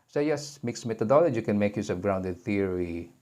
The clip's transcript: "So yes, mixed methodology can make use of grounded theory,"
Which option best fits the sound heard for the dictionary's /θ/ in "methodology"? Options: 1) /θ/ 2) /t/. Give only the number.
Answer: 2